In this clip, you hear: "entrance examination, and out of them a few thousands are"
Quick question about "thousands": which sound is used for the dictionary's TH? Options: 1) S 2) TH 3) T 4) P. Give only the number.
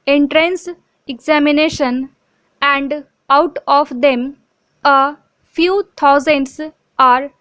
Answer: 3